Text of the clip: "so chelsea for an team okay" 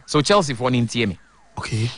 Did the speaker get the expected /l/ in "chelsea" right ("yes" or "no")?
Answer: yes